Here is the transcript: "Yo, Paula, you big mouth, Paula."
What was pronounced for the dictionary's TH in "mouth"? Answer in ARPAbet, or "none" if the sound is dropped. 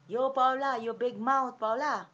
T